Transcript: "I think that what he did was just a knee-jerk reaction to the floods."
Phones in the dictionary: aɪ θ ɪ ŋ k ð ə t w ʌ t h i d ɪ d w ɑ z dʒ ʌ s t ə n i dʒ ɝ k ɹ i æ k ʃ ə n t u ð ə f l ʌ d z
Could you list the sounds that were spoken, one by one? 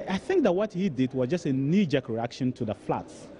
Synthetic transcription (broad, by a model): aɪ θ ɪ ŋ k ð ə t w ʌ t h i d ɪ d w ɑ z dʒ ʌ s t ə n i dʒ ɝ k ɹ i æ k ʃ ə n t u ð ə f l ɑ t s